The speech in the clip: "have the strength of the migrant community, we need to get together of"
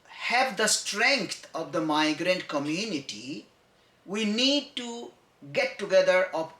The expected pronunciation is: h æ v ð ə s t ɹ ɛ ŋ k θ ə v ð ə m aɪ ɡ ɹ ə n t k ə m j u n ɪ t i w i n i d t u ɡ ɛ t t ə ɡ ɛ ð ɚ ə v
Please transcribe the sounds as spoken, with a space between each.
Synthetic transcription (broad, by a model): h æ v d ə s t ɹ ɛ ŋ k t ə v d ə m aɪ ɡ ɹ ə n t k ə m j u n ɪ t i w i n i d t u ɡ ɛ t t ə ɡ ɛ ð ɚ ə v